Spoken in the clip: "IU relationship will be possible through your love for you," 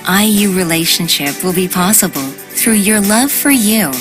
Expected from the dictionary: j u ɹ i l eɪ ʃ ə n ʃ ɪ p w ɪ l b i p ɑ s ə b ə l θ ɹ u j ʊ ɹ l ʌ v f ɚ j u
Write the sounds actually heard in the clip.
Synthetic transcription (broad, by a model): j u ɹ i l eɪ ʃ ə n ʃ ɪ p w ɪ l b i p ɑ s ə b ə l θ ɹ u j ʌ ɹ l ʌ v f ɚ j u